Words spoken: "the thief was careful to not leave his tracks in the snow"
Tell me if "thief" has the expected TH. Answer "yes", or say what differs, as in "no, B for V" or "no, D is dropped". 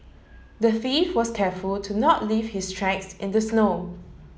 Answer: no, F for TH